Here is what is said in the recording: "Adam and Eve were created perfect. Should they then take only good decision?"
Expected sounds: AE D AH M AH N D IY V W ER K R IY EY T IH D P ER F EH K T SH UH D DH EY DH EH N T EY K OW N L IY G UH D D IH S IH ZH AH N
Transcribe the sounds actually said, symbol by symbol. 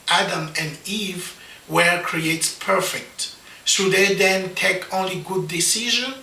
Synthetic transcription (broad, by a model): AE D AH M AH N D IY V W ER K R IY EY T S P ER F EH K T S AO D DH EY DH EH N T EY K OW N L IY G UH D D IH S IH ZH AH N